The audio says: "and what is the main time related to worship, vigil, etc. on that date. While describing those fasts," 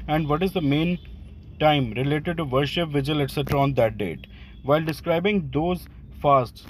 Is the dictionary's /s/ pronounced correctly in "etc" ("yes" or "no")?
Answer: yes